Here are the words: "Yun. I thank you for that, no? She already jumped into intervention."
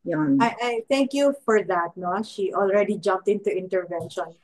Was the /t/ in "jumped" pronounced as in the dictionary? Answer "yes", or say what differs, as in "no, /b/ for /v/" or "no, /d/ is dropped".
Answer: yes